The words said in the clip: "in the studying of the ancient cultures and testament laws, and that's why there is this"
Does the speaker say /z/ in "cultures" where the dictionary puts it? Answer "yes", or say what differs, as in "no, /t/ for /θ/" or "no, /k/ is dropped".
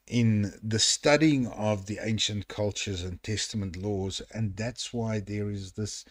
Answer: yes